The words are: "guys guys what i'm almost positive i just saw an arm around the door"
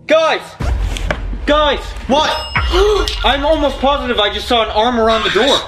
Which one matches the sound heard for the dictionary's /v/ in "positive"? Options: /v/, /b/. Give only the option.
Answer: /v/